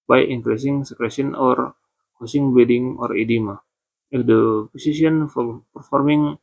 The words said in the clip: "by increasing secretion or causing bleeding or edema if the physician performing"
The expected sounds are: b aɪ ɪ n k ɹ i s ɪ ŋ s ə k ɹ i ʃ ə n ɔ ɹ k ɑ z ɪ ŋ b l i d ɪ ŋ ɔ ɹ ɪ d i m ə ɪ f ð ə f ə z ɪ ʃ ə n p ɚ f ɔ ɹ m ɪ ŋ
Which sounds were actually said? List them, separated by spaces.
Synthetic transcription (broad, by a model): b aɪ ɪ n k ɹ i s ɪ ŋ s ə k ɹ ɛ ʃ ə n ɔ ɹ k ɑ s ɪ ŋ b i d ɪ ŋ ɔ ɹ ɪ d i m ə ɪ f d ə p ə s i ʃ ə n p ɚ f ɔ ɹ m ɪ ŋ